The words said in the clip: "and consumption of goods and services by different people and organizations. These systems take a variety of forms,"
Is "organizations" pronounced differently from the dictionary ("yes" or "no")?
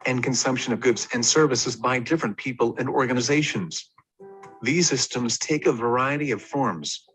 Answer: no